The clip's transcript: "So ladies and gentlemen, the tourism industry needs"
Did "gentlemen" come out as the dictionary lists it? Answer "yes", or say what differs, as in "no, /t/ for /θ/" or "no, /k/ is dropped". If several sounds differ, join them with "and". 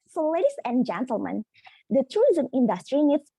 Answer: yes